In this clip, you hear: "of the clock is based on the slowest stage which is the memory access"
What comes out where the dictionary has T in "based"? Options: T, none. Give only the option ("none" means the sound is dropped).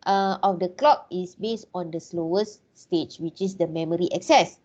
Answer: T